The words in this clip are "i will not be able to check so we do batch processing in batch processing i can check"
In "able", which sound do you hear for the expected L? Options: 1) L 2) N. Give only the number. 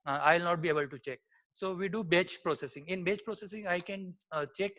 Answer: 1